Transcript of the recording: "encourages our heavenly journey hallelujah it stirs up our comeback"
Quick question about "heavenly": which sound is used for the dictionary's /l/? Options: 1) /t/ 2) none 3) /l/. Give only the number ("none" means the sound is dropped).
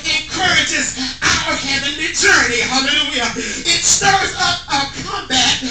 2